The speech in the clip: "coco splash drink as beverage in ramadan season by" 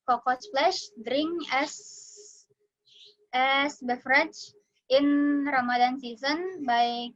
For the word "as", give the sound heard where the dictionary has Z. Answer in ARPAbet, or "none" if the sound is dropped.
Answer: S